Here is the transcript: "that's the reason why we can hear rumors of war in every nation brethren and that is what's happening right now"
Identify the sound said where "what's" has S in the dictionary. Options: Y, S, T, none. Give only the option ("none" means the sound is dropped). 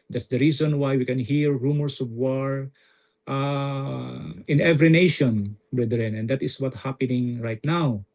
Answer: none